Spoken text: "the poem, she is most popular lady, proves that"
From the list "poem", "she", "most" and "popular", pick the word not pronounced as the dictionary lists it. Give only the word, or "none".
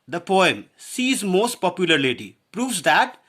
she